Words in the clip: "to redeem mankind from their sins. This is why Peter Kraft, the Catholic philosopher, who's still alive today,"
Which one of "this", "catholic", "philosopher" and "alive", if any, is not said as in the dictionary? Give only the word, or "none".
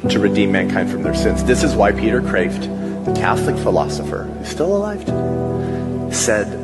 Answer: none